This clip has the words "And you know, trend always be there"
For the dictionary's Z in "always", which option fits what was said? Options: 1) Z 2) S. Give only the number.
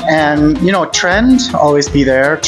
1